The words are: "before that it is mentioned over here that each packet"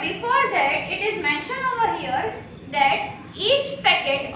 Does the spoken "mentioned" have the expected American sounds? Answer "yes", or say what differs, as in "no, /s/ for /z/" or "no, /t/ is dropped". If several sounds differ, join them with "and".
yes